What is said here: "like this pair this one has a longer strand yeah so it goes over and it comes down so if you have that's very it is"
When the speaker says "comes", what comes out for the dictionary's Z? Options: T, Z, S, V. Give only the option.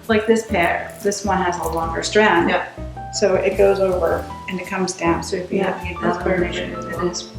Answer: Z